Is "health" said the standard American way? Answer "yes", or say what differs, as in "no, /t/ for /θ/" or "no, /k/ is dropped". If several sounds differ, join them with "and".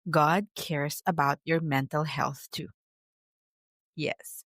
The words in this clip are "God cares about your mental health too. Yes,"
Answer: yes